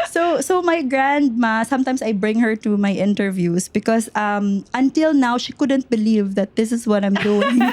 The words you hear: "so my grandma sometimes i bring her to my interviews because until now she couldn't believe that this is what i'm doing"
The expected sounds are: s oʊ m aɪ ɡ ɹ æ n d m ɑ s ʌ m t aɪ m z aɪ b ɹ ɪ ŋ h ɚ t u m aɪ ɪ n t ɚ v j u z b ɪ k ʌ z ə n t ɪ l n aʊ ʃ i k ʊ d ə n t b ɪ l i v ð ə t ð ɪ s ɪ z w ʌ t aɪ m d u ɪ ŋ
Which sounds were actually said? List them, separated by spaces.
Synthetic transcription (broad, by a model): s oʊ m aɪ ɡ ɹ æ n d m ɑ s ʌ m t aɪ m s aɪ b ɹ ɪ ŋ h ɚ t u m aɪ ɪ n t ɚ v j u s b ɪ k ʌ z ə n t ɪ l n aʊ ʃ i k ʊ d ə n t b ɪ l i v ð ə t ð ɪ s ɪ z w ʌ t aɪ m d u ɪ ŋ